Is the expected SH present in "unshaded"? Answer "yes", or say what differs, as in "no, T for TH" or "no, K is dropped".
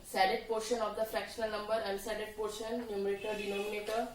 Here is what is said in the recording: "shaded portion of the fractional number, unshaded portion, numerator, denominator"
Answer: no, S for SH